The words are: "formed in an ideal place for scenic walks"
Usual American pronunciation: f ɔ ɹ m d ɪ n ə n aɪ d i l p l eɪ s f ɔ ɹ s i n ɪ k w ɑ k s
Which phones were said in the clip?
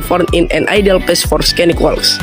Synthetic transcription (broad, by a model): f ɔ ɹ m ɪ n ə n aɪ d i l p eɪ s f ɔ ɹ s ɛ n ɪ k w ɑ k s